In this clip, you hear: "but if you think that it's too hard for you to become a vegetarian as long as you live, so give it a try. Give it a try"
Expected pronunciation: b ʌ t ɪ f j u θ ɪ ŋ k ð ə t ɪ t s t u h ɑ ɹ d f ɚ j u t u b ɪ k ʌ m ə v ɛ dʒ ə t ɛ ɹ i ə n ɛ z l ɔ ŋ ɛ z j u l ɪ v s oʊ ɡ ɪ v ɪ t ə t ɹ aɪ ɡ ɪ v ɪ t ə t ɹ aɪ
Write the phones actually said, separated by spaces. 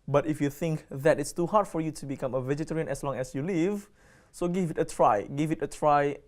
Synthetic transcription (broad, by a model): b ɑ t ɪ f j u θ ɪ ŋ k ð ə t ɪ t s t u h ɑ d f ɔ j u t u b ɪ k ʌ m ə v ɛ dʒ ə t ɛ ɹ i ə n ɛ s l ɔ ŋ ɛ s j u l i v s oʊ ɡ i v ɪ t ə t ɹ aɪ ɡ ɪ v ɪ t ə t ɹ aɪ